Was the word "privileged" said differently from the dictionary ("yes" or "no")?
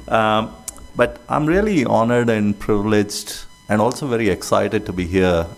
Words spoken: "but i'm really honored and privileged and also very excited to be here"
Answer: no